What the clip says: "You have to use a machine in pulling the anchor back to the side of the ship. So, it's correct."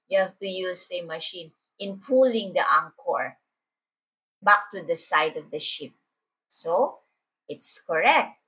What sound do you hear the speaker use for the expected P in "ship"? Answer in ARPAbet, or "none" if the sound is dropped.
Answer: P